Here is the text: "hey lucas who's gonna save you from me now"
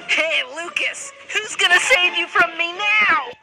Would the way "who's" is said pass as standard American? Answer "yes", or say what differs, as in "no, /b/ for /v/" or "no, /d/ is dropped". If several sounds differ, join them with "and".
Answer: yes